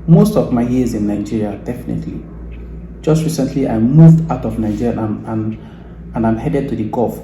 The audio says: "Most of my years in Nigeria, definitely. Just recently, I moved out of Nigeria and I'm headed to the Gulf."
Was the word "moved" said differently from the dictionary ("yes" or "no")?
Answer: no